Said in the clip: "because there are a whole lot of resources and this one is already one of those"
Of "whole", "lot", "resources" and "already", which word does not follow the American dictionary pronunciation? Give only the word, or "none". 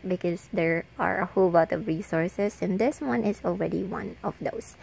resources